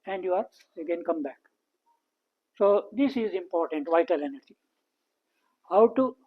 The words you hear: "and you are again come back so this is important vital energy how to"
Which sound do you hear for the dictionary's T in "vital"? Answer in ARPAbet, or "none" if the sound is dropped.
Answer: T